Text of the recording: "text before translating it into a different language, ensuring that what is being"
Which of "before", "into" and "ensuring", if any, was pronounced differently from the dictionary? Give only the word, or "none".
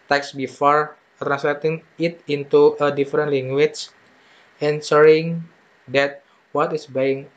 ensuring